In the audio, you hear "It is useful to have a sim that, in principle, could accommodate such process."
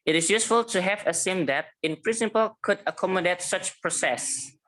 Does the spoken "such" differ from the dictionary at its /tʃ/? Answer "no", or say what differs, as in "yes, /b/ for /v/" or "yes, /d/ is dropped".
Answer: no